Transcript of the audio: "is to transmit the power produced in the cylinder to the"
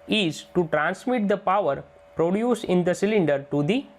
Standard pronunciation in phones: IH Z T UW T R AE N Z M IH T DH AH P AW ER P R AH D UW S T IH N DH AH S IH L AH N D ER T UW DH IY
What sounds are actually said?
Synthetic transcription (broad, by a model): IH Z T UW T R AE N S M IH T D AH P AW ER P R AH D UW S IH N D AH S IH L AH N D ER T UW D IY